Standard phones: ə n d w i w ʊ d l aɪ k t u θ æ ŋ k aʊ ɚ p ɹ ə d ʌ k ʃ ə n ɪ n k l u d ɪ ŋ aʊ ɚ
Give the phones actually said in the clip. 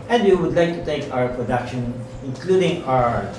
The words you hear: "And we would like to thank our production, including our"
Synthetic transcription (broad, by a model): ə n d w i w ʊ d l aɪ k t u t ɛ k aʊ ɚ p ɹ ə d ʌ k ʃ ə n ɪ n k l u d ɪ ŋ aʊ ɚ